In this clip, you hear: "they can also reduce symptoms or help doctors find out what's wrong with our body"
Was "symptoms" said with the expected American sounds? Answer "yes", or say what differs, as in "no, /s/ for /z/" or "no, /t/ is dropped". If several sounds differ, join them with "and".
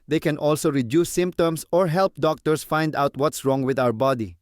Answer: no, /s/ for /z/